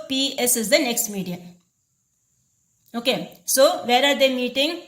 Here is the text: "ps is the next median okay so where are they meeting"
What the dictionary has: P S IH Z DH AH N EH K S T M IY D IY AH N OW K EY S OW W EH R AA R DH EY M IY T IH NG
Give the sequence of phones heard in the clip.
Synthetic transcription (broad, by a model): P S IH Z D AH N EH K S T M IY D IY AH OW K EY S OW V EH R AA R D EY M IY T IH NG